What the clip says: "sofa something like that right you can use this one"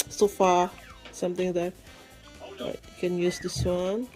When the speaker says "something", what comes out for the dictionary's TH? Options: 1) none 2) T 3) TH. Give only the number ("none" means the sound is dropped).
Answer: 2